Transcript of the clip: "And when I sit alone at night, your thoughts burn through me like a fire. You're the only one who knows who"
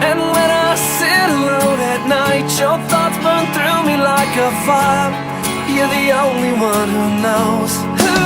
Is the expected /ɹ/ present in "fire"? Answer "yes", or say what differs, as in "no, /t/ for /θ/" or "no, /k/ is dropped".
no, /l/ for /ɹ/